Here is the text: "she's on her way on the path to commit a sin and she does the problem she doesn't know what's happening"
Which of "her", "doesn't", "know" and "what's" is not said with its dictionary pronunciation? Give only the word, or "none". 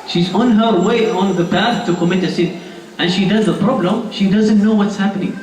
none